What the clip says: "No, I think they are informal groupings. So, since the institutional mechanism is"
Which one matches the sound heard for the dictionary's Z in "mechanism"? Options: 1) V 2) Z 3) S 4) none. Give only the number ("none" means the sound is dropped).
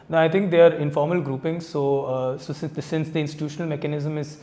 2